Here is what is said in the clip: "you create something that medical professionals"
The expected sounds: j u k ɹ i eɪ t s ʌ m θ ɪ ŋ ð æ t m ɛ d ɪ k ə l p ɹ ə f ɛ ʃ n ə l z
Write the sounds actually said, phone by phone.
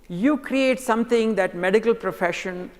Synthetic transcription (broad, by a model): j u k ɹ i eɪ t s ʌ m t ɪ ŋ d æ t m ɛ d ɪ k ə l p ɹ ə f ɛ ʃ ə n